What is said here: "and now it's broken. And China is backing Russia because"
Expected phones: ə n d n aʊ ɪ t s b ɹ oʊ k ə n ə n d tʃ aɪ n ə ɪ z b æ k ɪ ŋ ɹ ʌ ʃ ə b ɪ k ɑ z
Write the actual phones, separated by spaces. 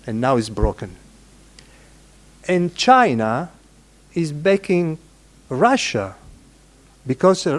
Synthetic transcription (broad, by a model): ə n n aʊ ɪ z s b ɹ oʊ k ə n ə n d tʃ aɪ n ə ɪ z b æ k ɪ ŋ ɹ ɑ ʃ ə b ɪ k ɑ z